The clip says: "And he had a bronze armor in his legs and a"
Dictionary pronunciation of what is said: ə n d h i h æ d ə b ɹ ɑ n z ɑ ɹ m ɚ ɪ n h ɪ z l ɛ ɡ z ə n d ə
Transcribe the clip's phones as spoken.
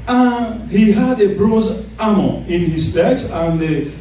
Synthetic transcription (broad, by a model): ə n h i h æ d ə b ɹ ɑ z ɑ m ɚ ɪ n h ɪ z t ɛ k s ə n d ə